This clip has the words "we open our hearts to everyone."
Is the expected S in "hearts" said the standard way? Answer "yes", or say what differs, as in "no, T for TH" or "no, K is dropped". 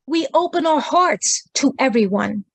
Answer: yes